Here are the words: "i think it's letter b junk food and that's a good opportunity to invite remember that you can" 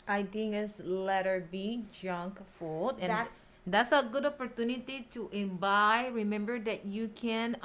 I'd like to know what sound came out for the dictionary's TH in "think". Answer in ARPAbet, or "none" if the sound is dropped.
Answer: T